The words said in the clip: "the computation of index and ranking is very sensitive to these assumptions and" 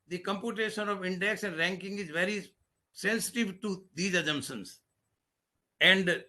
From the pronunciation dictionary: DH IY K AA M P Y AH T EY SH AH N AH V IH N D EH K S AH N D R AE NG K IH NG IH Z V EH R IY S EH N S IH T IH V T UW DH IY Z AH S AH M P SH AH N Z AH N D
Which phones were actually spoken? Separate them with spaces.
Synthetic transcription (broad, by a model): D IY K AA M P Y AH T EY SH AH N AH V IH N D EH K S AH N D R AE NG K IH NG IH Z V EH R IY S EH N S IH T IH V T UW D IY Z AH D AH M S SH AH N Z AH N D